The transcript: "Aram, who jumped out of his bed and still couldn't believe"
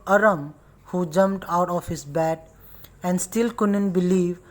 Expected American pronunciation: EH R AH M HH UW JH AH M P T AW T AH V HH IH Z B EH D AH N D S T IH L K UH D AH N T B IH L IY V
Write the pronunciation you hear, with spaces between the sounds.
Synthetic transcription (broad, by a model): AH R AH M HH UW JH AH M P T AW T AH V HH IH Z B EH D AH N D S T IH L K UH D AH N T B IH L IY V